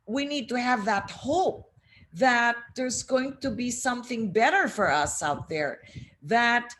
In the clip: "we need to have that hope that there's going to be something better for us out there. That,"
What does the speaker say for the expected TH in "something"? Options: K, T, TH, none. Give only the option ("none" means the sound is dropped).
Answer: TH